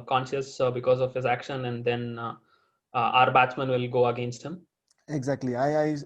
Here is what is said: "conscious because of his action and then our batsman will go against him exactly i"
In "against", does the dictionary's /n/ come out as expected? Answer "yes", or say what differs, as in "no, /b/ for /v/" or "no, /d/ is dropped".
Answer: yes